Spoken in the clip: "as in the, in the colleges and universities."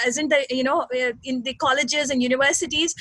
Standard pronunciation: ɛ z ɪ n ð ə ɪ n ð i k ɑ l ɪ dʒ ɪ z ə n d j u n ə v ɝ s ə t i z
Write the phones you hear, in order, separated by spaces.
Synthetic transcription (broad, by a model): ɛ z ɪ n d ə ɪ n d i k ɑ l ɪ dʒ ɪ z ə n d j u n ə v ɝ s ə t i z